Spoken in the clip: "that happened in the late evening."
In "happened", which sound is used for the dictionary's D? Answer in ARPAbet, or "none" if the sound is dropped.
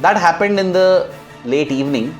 D